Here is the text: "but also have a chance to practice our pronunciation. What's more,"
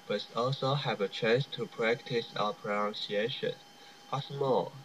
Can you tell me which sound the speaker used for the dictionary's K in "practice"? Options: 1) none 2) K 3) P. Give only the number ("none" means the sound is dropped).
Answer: 2